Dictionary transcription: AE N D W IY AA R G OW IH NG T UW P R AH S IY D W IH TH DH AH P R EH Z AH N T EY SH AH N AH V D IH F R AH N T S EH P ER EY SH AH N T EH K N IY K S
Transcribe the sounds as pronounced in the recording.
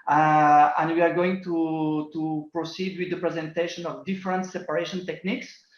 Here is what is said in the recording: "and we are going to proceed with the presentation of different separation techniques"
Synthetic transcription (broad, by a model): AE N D W IY AA R G OW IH NG T UW P R AH S IY D W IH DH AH P R EH Z AH N T EY SH AH N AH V D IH F R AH N T S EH P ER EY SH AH N T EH K N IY K S